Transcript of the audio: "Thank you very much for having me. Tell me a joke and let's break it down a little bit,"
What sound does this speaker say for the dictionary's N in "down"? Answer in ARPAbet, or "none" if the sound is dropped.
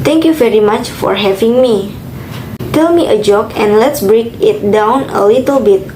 N